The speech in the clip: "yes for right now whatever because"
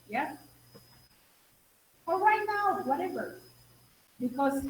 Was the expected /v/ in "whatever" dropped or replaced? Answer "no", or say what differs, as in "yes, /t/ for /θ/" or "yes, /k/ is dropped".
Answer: no